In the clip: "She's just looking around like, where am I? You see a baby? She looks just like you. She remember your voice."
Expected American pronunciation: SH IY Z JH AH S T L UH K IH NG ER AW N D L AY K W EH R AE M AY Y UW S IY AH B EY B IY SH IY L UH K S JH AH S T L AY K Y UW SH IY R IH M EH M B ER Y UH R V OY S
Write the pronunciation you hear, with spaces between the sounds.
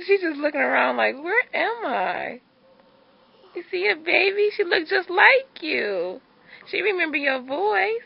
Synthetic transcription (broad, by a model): SH IY Z JH AH S T L UH K IH NG ER AW N D L AY K W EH R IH M AY Y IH S IY AH B EY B IY SH IY L UH K S JH AH S T L AY K Y UW SH IY R IH M EH M B ER Y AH R V OY S